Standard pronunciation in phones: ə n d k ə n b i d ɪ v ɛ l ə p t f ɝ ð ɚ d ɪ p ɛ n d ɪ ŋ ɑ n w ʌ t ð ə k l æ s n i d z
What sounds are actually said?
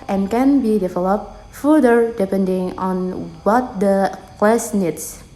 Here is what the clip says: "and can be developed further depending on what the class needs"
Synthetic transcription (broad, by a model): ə n k ə n b i d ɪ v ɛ l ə p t f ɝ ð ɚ d ɪ p ɛ n d ɪ ŋ ɑ n w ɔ t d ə k w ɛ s n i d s